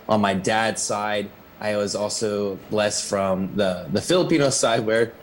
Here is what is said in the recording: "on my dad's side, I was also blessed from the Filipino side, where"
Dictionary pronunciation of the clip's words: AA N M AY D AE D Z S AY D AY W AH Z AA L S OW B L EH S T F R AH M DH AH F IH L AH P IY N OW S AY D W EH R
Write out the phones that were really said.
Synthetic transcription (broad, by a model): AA N M AY D AE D S AY D AY W AH Z AA L S OW B L EH S T F R AH M DH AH F IH L AH P IY N OW S AY D W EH R